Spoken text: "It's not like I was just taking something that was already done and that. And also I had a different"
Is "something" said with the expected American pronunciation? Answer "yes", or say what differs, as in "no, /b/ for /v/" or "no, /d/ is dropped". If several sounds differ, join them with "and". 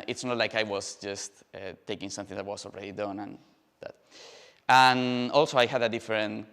yes